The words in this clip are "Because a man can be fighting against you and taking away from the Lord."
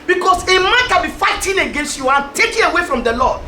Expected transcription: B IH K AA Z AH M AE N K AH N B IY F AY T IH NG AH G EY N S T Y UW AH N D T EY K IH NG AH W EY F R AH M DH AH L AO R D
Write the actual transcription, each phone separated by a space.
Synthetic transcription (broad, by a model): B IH K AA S AH M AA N K AH N B IY F AY T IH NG AH G EY N S T Y UW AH N T EY K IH AH W EY F R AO M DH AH L AO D